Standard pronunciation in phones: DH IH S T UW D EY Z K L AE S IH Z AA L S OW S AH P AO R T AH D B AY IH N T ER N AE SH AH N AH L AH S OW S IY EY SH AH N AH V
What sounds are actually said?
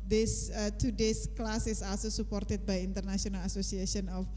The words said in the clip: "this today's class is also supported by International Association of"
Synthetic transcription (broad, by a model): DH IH S T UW D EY S K L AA S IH S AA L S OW S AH P AO R T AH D B AY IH N T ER N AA S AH N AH L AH S OW S IY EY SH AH N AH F